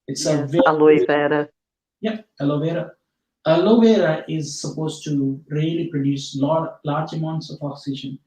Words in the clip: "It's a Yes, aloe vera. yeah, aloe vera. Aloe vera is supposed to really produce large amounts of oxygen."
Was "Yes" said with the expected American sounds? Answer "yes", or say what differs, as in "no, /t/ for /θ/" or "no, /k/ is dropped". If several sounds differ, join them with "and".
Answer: no, /s/ is dropped